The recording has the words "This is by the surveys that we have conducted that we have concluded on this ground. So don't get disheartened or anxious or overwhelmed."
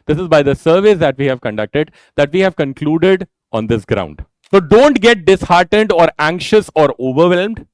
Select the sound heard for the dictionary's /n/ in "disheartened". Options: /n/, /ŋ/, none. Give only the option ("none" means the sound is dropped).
/n/